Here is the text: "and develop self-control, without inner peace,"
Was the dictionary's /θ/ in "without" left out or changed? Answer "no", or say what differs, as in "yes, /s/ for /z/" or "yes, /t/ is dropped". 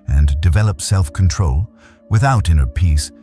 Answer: no